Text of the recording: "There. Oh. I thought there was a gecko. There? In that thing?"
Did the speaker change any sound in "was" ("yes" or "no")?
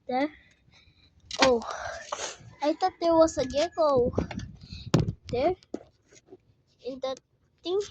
yes